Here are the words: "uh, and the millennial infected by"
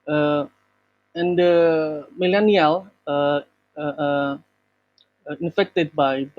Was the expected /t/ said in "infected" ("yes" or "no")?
yes